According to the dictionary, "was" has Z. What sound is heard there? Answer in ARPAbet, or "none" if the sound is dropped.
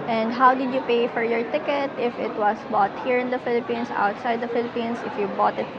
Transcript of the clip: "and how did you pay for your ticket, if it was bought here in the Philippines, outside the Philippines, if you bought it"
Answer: S